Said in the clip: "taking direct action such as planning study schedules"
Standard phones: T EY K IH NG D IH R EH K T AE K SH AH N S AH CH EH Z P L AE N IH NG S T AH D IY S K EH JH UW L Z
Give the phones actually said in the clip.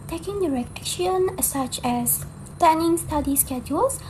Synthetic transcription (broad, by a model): T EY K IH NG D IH R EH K EH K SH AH N S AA CH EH S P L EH N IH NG S T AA D IY S K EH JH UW L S